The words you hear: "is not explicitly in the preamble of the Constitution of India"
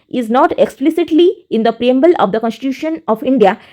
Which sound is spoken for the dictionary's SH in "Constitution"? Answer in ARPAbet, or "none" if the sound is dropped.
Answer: SH